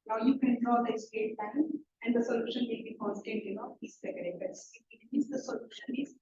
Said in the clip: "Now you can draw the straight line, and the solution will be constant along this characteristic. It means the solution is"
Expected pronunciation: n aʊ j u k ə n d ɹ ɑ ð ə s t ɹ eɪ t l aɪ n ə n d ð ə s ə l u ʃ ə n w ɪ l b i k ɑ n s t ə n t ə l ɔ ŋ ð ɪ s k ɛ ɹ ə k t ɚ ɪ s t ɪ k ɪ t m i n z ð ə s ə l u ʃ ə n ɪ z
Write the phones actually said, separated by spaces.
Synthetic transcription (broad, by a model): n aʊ j u k ə n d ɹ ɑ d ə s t eɪ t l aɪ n ə n d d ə s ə l u ʃ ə n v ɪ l b i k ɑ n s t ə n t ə n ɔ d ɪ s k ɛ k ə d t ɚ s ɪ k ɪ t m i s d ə s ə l u ʃ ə n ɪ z